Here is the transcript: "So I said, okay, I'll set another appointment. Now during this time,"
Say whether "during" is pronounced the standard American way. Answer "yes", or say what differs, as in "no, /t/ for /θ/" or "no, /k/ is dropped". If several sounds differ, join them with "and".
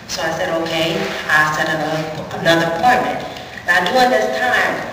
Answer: no, /ɹ/ is dropped